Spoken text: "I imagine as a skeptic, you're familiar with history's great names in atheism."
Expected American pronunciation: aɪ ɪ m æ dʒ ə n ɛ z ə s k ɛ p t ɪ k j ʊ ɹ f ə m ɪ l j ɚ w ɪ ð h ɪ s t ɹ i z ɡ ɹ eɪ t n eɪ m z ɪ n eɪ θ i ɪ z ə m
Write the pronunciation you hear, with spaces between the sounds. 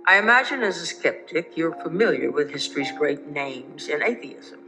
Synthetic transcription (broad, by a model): aɪ ɪ m æ dʒ ə n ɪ z ə s k ɛ p t ɪ k j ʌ ɹ f ə m ɪ l j ɚ w ɪ ð h ɪ s t ɹ i z ɡ ɹ eɪ t n eɪ m z ɪ n eɪ θ i ɪ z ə m